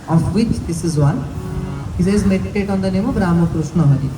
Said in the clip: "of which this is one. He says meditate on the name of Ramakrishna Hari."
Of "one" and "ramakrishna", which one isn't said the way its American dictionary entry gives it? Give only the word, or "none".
ramakrishna